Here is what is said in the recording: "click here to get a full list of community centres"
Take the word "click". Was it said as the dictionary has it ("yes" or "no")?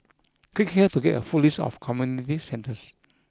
no